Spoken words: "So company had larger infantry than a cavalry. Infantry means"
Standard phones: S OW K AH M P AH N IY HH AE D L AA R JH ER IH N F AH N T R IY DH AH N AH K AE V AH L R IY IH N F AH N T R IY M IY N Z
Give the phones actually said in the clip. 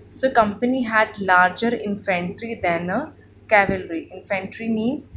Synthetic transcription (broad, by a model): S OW K AH M P AH N IY HH AE D L AA R JH ER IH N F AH N T R IY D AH N AH K AE V AH L R IY IH N F AH N T R IY M IY N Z